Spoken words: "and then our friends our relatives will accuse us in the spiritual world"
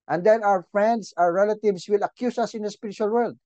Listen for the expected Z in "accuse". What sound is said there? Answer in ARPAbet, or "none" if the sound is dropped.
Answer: S